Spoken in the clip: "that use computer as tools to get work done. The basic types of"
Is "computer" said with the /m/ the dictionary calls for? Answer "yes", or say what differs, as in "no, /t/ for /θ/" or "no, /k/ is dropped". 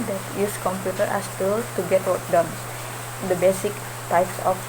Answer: yes